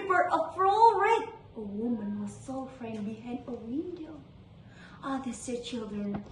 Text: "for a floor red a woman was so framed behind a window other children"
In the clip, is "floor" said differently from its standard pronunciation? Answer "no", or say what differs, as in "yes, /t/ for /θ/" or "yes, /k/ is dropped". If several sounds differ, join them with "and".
yes, /l/ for /ɹ/